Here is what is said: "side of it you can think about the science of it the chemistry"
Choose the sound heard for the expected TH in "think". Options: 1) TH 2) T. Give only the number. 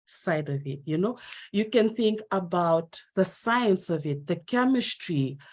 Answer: 1